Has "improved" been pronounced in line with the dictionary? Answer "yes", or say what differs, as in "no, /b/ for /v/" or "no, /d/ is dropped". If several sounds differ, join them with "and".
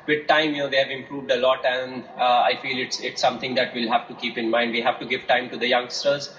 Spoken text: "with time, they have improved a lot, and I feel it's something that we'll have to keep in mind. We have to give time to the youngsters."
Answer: yes